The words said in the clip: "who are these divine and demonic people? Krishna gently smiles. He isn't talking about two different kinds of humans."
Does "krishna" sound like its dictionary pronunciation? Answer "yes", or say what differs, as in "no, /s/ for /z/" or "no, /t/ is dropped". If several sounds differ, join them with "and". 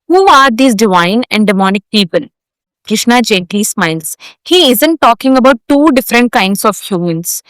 yes